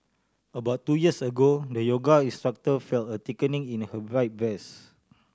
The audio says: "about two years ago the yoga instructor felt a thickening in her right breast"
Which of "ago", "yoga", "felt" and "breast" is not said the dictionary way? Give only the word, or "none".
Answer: breast